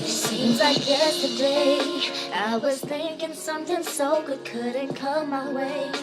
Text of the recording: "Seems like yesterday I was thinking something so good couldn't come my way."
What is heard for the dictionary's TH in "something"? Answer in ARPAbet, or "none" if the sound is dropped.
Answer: T